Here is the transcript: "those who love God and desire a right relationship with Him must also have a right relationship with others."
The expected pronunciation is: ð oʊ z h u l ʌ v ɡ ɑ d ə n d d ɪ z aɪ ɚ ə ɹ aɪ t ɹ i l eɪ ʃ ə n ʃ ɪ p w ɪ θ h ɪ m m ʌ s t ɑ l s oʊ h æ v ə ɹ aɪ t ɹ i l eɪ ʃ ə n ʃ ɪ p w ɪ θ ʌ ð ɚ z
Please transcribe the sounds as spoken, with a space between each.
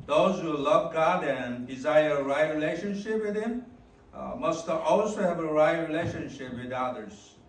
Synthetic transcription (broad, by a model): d oʊ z h u l ʌ v ɡ ɑ d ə n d d ɪ z aɪ ɚ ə ɹ aɪ t ɹ i l eɪ ʃ ə n ʃ ɪ p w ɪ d h ɪ m m ʌ s t ɑ l s oʊ h æ v ə ɹ aɪ t ɹ i l eɪ ʃ ə n ʃ ɪ p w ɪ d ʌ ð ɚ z